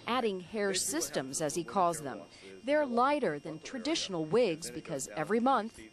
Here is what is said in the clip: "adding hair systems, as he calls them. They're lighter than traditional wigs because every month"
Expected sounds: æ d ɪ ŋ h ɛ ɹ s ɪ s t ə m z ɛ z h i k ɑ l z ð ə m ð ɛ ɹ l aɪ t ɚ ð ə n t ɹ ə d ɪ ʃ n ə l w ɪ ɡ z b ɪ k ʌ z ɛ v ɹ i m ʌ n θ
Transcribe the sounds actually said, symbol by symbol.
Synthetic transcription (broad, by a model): æ d ɪ ŋ h ɛ ɹ s ɪ s t ə m z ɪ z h i k ɑ l z ð ə m ð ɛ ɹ l aɪ t ɚ ð ə n t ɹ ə d ɪ ʃ n l w ɪ ɡ z b ɪ k ʌ z ɛ v ɹ i m ʌ n θ